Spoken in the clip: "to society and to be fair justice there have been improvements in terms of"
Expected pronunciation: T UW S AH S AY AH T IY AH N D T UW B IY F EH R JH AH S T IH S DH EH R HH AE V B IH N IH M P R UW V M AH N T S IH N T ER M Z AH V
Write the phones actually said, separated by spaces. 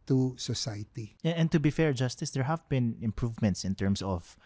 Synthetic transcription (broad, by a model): T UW S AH S AY T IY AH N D T UW B IY F EH R JH AH S T IH S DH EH R HH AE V B IH N IH M P R UW V M AH N T S IH N T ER M S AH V